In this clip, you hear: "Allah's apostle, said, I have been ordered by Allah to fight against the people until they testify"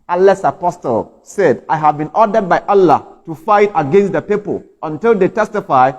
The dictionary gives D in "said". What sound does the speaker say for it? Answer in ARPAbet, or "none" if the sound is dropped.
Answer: D